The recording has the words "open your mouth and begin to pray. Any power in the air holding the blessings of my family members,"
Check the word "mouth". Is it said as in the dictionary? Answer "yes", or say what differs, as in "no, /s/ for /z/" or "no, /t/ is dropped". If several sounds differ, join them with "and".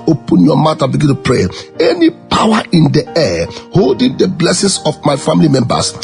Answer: no, /t/ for /θ/